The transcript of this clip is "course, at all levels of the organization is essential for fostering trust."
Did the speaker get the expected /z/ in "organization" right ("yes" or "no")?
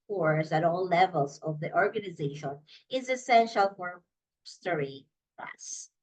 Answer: yes